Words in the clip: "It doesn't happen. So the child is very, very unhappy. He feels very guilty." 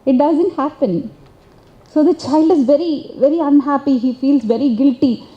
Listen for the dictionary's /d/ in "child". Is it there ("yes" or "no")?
yes